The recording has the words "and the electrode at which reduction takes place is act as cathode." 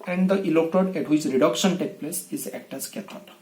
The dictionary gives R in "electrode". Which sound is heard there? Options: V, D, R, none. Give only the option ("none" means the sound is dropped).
none